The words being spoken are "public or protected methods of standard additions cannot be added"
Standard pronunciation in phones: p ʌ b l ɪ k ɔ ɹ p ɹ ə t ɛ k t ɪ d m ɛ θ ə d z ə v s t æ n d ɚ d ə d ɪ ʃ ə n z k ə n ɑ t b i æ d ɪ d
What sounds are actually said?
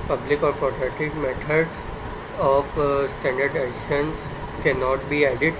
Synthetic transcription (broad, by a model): p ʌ b l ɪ k ɔ ɹ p ɹ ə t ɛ t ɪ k m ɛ t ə d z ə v s t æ n d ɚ d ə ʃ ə n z k ə n ɑ t b i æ d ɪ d